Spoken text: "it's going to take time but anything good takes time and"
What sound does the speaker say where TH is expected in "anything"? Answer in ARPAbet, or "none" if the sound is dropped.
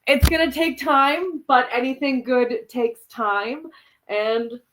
TH